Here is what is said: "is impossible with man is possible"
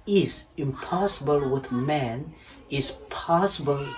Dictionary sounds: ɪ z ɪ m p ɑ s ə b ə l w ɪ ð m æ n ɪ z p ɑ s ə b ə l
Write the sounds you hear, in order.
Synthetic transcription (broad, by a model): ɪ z ɪ m p ɑ s ə b ə l w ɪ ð m æ n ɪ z p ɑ s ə b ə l